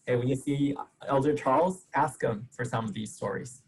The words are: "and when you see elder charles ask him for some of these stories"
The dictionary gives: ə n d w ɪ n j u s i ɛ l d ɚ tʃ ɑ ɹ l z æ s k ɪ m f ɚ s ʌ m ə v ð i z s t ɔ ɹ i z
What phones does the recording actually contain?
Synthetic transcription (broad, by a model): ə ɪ w ɪ n j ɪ s i ɛ l d ɚ tʃ ɑ ɹ l z æ s k ɪ m f ɚ s ʌ m ə v ð i z s t ɔ ɹ i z